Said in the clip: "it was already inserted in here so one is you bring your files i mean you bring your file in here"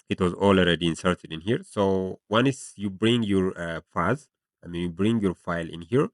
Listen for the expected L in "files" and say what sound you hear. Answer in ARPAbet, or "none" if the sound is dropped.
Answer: none